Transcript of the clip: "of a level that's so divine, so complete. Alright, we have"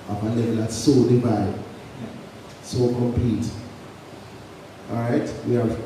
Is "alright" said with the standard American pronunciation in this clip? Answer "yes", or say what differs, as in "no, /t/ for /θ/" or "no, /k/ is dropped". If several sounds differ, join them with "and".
no, /l/ is dropped